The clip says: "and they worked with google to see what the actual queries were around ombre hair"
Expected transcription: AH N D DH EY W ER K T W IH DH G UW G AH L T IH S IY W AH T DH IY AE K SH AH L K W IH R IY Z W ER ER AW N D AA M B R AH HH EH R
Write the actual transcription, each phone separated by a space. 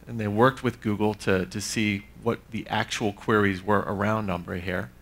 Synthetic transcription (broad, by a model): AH N DH EY W ER K T W IH DH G UW G L T IH S IY W AH T DH IY AE K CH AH L K W IH R IY Z W ER ER AW N D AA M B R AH HH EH R